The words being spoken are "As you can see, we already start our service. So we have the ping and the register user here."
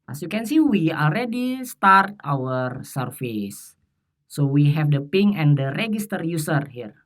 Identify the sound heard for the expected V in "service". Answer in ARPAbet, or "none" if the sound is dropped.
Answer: F